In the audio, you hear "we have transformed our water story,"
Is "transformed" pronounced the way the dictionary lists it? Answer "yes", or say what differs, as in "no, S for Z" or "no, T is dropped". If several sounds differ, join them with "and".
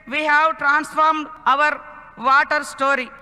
yes